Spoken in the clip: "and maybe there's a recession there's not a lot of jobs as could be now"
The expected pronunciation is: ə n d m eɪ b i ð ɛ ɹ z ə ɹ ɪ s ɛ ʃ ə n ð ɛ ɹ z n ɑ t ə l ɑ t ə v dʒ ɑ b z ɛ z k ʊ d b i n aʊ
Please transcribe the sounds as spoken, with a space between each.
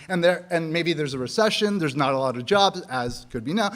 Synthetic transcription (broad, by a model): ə n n m eɪ b i ð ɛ ɹ z ə ɹ ɪ s ɛ ʃ ə n ð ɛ ɹ z n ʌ t ə l ɑ t ə v dʒ ɑ b z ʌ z k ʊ d b i n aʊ